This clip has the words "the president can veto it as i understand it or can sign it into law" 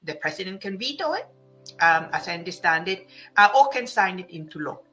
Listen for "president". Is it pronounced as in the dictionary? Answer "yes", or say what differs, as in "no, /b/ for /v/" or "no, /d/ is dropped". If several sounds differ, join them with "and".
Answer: no, /s/ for /z/